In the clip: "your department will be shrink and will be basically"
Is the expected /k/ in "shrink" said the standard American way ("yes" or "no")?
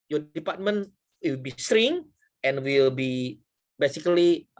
no